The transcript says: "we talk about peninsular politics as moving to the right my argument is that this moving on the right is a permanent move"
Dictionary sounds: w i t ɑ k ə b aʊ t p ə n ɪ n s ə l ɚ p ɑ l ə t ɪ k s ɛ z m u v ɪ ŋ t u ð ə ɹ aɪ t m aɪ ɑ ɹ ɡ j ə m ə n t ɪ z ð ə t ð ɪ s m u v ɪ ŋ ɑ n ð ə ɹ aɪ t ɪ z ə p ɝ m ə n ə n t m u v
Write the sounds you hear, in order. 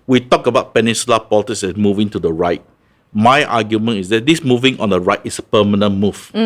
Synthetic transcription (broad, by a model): w i t ɑ k ə b aʊ t p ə n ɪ n s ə l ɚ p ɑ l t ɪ s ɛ s m u v ɪ ŋ t u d ə ɹ aɪ t m aɪ ɑ ɡ j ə m ə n ɪ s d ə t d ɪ s m u v ɪ ŋ ɑ n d ə ɹ aɪ t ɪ s ə p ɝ m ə n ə n m u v